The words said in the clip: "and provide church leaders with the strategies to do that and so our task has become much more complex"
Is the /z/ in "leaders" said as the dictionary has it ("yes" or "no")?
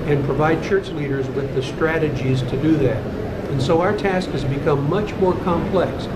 yes